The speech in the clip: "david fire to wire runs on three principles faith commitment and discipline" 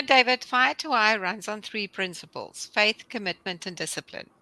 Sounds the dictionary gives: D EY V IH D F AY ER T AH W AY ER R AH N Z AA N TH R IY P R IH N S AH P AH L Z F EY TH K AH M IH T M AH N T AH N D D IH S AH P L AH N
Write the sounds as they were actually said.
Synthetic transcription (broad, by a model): D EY V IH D F AY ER T AH AY R AH N Z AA N TH R IY P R IH N S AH P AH L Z F EY TH K AH M IH T M AH N T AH N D D IH S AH P L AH N